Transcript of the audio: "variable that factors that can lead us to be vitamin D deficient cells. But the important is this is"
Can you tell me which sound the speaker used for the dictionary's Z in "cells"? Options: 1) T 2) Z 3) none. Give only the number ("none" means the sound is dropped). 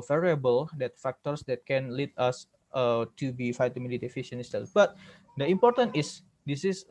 3